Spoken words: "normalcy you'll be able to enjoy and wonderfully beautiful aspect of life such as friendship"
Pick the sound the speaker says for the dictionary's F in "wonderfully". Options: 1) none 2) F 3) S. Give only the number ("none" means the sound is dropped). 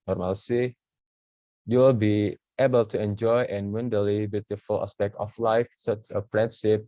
1